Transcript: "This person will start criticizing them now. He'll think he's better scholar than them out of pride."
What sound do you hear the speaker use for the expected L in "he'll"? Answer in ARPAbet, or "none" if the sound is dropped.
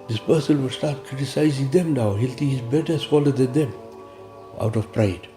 L